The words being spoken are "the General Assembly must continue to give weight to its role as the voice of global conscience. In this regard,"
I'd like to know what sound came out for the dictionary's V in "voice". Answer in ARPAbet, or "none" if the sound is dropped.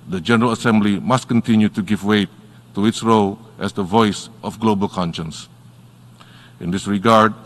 V